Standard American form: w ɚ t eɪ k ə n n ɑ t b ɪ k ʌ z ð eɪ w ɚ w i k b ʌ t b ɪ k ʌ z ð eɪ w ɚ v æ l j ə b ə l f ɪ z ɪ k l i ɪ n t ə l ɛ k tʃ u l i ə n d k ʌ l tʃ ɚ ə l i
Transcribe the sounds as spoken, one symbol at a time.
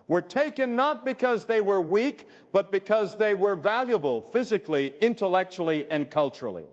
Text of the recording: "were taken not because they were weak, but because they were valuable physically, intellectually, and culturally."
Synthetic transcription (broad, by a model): w ɚ t eɪ k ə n n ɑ t b ɪ k ʌ z ð eɪ w ɚ w i k b ʌ t b ɪ k ʌ z ð eɪ w ɚ v æ l j ə b ə l f ɪ z ɪ k l i ɪ n t ə l ɛ k tʃ u l i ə n k ʌ l tʃ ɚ l i